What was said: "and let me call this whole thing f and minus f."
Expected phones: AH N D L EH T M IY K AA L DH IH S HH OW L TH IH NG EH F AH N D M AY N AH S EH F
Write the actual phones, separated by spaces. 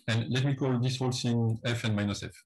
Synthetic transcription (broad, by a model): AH N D L EH T M IY K AA L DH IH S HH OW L S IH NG EH F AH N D M AY N AH S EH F